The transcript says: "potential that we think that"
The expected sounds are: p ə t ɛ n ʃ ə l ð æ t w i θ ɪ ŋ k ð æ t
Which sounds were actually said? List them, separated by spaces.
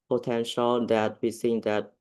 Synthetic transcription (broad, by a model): p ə t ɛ n ʃ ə l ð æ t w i s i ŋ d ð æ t